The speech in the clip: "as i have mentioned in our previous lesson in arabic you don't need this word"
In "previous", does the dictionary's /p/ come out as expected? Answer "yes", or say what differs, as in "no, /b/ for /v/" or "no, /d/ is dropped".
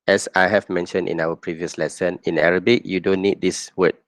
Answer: yes